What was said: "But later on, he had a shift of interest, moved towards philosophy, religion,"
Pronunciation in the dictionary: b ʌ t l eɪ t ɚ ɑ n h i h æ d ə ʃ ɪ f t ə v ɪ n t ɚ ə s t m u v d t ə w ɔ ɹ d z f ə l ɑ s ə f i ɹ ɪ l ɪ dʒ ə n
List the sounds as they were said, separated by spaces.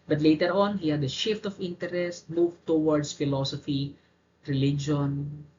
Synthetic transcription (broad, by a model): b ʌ t l eɪ t ɚ ɑ n h i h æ d ə ʃ ɪ f t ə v ɪ n t ɚ ə s t m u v t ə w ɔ ɹ d s f ə l ɑ s ə f i ɹ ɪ l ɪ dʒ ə n